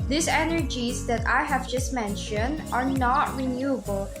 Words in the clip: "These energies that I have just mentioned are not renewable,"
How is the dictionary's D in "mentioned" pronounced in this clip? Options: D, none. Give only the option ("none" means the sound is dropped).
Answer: D